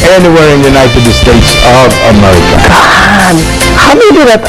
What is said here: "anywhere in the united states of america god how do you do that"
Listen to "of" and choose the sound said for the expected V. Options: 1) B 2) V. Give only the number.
2